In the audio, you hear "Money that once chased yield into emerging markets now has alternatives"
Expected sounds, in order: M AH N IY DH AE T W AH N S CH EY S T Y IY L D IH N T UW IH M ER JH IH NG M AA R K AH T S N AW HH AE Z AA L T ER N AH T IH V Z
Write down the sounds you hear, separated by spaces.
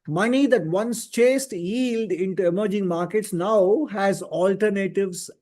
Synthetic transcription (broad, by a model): M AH N IY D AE T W AH N S CH EY S T Y IY L D IH N T UW IH M ER JH IH NG M AA R K AH T S N AW HH AE Z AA L T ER N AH T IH V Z